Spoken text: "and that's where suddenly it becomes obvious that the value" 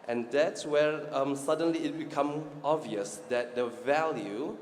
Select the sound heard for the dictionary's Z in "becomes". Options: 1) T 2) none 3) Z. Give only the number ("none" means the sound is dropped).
2